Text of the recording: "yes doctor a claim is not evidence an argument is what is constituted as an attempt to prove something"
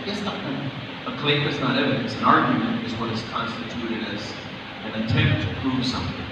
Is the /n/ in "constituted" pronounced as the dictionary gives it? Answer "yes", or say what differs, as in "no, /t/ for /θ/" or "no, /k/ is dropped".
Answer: yes